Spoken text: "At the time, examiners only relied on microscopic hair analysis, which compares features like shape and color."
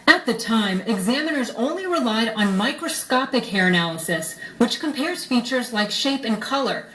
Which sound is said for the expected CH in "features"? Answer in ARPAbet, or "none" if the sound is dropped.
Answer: CH